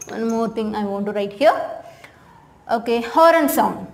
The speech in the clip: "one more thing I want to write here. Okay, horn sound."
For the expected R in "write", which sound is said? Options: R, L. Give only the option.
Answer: R